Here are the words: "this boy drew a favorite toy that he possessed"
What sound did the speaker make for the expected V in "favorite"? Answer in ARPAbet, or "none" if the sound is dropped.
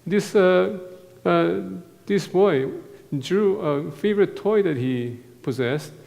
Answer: V